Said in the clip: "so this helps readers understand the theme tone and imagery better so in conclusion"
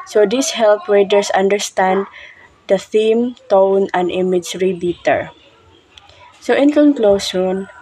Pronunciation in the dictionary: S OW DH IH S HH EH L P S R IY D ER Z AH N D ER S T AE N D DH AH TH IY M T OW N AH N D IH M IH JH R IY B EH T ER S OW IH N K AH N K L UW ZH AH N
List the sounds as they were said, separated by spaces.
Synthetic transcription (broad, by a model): S OW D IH S HH EH L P R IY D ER S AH N D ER S T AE N D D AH TH IY M T OW N AH N D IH M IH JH R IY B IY T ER S OW IH N K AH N K L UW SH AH N